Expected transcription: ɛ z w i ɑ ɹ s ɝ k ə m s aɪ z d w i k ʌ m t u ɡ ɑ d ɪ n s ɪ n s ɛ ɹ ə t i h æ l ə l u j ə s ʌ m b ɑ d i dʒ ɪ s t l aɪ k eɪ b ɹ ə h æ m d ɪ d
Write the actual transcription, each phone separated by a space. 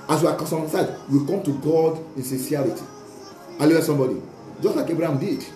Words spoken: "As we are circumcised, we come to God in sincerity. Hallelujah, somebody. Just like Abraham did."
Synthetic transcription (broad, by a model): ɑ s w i ɑ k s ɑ ə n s aɪ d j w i k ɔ m t u ɡ ɑ d ɪ n s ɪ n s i ə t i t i ə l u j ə s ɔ m b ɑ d i dʒ ɪ s t l aɪ k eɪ b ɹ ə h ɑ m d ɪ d